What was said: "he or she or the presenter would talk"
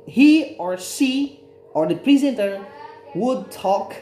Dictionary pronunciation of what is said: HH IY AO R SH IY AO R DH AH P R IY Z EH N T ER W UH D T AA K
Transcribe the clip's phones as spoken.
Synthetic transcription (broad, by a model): HH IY AO R S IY AO R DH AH P R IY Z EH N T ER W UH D T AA K